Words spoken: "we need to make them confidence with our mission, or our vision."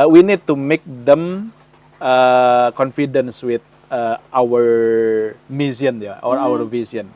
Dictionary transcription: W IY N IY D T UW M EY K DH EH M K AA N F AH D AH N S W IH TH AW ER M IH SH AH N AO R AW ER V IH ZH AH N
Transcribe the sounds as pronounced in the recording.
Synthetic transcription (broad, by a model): W IY N IY D T UW M EY K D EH M K AA N F AH D AH N S W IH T AW ER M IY S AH N AO R AW ER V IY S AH N